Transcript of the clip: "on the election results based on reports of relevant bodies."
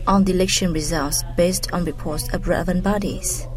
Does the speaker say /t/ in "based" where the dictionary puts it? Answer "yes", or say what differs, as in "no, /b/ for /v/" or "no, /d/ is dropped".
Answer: yes